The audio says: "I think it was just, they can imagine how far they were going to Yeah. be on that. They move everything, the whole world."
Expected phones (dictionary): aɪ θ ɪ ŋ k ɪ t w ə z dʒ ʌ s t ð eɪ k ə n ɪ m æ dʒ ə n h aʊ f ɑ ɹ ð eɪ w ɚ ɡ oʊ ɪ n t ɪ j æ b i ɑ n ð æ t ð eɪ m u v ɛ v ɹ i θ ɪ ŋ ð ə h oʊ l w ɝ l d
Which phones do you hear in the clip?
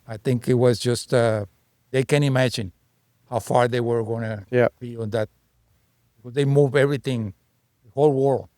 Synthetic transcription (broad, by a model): aɪ θ ɪ ŋ k ɪ t w ə z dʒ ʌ s t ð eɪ k ə n ɪ m æ dʒ ə n h aʊ f ɑ ɹ ð eɪ w ɚ ɡ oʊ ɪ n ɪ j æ b i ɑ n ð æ t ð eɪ m u v ɛ v ɹ i θ ɪ ŋ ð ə h oʊ l w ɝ l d